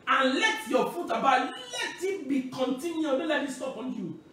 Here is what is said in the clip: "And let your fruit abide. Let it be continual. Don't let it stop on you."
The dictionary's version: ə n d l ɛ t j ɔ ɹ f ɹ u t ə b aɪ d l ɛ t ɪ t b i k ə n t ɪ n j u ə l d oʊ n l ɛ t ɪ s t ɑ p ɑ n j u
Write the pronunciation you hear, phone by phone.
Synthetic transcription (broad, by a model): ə n l ɛ t j ɔ f u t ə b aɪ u l ɛ t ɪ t b i k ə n t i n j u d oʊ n l ɛ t ɪ s t ɑ p ɑ n j u